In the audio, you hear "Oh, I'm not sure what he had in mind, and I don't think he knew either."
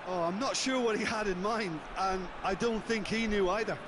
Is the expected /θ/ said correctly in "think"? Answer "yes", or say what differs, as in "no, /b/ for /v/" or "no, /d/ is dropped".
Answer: yes